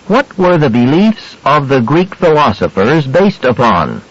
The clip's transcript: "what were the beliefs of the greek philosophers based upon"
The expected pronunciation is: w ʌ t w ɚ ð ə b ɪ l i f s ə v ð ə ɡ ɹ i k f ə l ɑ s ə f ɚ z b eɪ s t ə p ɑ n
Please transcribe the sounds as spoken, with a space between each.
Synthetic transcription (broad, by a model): w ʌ t w ɚ ð ə b ɪ l i f s ə v ð ə ɡ ɹ i k f ə l ɑ s ə f ɚ z b eɪ s t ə p ɑ n